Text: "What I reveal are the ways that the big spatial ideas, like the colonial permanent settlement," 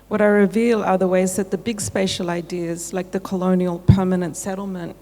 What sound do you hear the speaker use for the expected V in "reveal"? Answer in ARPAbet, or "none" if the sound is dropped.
V